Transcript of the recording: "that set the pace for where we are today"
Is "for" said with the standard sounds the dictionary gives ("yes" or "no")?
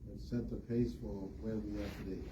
no